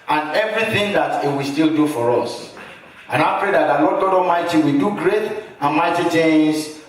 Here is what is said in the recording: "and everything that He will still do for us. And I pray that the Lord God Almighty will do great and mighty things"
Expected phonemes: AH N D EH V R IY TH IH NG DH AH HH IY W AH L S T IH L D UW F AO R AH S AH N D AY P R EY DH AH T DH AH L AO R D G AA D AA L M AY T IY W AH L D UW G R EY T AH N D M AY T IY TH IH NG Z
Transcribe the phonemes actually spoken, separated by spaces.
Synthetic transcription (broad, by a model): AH N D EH V R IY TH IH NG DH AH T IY W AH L S T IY L D UW F AO R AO S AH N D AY P R EY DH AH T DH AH L AO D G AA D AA M AY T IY W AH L D UW G R EY T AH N M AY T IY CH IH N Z